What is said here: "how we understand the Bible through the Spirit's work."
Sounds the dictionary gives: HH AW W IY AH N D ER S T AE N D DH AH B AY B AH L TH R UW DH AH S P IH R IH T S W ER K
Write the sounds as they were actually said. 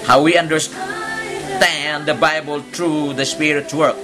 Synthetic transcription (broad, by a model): HH AW W IY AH N D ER S T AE N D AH B AY B AH L T R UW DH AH S P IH R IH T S W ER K